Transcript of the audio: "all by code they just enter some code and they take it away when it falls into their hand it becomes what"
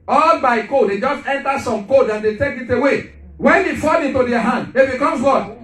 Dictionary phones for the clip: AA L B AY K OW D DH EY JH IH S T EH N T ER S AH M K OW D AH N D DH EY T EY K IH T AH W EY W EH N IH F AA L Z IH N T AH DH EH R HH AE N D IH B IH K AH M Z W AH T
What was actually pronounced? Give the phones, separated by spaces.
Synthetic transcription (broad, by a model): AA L B AY K OW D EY JH IH S T EH N T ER S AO M K OW D AH N D EY T EY K IH T AH W EY W EH N IH F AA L IH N T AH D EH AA HH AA N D IH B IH K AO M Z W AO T